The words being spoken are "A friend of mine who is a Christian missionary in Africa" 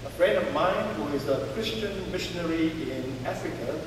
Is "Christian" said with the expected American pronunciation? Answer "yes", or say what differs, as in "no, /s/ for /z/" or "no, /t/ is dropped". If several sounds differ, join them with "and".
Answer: yes